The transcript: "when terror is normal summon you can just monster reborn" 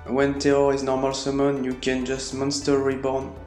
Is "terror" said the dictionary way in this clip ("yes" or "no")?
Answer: no